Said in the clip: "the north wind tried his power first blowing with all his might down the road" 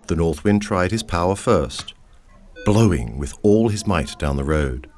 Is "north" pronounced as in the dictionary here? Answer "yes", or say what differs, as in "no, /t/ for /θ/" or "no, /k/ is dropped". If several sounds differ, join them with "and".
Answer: yes